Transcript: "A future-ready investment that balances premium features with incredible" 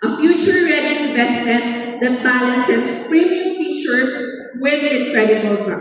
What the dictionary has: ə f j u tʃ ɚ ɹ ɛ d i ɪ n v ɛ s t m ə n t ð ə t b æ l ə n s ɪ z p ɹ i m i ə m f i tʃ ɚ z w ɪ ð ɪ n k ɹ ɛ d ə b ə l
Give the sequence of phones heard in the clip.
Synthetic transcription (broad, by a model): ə f j u tʃ ɚ ɹ ɛ d i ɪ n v ɛ s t m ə n t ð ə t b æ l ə n s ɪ s p ɹ i m i ə m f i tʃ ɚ s w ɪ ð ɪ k ɹ ɛ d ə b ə l